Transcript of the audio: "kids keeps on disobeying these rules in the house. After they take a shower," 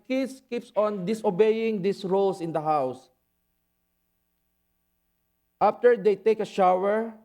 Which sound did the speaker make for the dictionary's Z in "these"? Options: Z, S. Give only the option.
S